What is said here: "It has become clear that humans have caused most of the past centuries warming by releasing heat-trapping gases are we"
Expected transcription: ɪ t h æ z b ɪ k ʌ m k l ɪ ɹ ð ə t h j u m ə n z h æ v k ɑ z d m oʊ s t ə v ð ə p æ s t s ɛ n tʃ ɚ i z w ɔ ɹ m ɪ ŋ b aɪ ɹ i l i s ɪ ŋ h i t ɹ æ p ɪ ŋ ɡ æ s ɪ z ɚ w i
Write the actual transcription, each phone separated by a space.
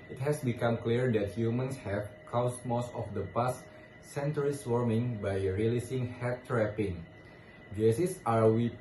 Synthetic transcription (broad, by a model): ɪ t h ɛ s b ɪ k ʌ m k l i ɹ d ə t h j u m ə n s h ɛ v k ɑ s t m oʊ s t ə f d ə p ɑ s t s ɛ n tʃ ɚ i s w ɔ ɹ m ɪ ŋ b aɪ ɹ i l i s ɪ ŋ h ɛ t ɹ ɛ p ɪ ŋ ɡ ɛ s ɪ s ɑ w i